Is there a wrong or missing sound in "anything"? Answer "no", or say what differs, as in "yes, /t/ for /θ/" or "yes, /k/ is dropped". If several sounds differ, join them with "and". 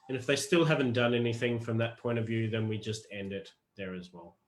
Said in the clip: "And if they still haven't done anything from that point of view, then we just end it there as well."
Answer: no